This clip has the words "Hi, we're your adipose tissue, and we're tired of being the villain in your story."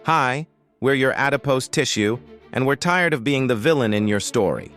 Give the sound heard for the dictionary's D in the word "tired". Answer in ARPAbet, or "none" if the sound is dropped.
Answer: D